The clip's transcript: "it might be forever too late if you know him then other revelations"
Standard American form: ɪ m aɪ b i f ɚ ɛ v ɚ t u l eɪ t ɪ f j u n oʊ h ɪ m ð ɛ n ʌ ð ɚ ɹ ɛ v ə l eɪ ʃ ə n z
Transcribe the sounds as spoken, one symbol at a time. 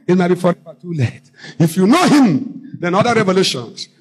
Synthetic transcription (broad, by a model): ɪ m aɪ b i f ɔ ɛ f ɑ t u l eɪ t ɪ f j u n oʊ h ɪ m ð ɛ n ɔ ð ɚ ɹ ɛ v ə l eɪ ʃ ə n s